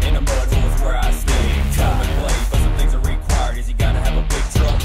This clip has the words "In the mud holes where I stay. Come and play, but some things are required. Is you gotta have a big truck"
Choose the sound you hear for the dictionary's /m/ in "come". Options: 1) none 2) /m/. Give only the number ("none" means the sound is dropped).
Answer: 1